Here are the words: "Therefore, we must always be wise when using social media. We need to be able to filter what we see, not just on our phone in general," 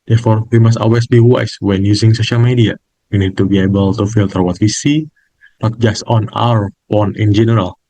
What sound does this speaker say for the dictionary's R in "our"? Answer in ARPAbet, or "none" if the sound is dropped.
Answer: R